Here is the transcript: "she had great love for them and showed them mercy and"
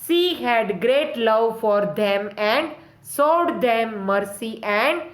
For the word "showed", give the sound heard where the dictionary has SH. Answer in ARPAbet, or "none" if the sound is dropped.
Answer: S